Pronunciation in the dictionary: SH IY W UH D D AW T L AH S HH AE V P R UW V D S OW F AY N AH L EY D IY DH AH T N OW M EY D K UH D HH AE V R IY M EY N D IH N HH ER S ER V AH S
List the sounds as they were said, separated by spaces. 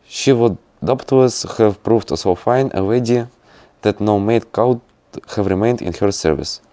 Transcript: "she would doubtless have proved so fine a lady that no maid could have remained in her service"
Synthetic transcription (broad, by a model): SH IY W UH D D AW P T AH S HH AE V P R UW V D S OW F AY N AH W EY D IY DH AH T N OW M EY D K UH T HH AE V R IY M EY N D IH N HH ER S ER V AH S